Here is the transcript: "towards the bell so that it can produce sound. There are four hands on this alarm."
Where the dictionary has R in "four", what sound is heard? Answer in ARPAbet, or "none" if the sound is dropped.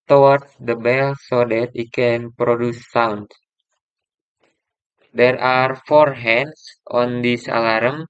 R